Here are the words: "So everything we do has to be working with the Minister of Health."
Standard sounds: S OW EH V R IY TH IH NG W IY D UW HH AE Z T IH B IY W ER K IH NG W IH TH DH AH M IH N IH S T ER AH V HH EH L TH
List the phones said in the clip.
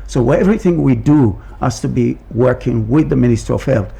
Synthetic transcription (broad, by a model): S OW EH V R IY TH IH NG W IY D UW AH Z T IH B IY W ER K IH NG W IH DH AH M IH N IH S T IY AH V HH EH L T